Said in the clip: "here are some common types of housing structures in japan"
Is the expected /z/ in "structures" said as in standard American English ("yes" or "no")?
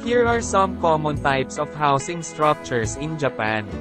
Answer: no